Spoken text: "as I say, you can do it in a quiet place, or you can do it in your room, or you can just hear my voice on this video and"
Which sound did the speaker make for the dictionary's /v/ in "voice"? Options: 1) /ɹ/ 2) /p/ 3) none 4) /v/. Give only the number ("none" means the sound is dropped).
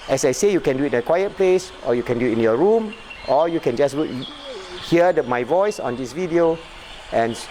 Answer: 4